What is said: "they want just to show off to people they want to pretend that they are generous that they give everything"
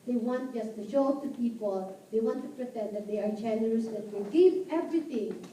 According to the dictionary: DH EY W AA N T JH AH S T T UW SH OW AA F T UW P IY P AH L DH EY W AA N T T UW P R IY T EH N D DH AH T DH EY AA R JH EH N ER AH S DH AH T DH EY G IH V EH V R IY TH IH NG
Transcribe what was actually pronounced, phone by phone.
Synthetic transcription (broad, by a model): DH EY W AA N T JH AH S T T UW SH OW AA P T UW P IY P AH L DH EY W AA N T T UW P R IY T EH N D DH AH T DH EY AA R JH EH N ER AH S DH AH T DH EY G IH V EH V R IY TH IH NG